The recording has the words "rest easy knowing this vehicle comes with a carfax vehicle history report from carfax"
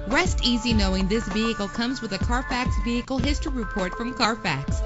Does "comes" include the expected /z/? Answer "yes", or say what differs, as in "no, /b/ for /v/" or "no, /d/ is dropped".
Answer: yes